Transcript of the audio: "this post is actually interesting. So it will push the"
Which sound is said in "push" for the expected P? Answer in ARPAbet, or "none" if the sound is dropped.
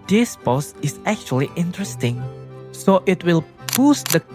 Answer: B